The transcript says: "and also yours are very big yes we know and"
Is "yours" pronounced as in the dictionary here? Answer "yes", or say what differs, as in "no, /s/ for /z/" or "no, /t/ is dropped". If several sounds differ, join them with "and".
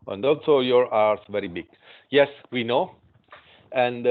no, /z/ is dropped